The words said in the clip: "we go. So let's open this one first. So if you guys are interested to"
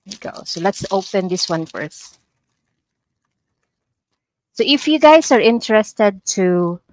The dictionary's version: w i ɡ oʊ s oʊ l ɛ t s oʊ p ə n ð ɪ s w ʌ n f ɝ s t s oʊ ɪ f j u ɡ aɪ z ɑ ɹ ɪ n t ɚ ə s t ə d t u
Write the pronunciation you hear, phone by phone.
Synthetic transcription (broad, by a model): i ɡ oʊ s oʊ l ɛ t s oʊ p ə n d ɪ s w ʌ n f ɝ s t s oʊ ɪ f j u ɡ aɪ s ɑ ɹ ɪ n t ɚ ə s t ə d t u